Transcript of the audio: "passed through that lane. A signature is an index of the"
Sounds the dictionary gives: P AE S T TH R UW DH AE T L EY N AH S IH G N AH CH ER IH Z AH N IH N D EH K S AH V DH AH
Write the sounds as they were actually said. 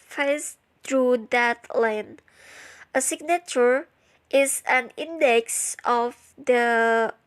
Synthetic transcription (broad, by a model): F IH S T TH R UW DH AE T L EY N AH S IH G N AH CH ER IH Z AH N IH N D EH K S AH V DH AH